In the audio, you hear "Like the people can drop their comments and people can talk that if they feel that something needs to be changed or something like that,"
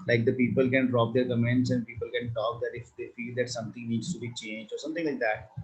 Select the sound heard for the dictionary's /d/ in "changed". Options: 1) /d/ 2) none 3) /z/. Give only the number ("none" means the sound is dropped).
2